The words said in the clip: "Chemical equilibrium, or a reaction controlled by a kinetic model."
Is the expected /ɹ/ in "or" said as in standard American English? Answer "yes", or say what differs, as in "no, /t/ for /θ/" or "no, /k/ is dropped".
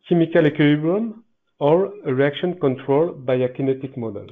yes